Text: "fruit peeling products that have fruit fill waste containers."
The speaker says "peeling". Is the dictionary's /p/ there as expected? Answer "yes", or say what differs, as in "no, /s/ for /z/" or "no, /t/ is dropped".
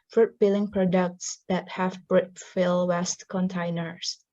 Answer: no, /b/ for /p/